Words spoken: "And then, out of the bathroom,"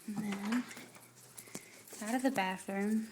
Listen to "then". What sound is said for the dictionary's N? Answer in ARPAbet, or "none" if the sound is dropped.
none